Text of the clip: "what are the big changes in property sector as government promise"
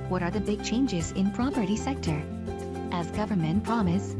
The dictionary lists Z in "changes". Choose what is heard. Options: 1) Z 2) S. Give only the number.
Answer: 1